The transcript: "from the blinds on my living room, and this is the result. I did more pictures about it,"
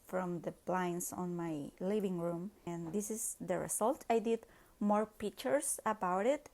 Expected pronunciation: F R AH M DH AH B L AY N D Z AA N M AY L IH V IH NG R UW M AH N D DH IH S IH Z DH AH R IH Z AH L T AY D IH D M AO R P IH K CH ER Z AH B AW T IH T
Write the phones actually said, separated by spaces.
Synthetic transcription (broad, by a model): F R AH M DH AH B L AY N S AA N M AY L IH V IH NG R UW M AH N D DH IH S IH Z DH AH R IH S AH L T AY D IH D M AO R P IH K CH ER S AH B AW T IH T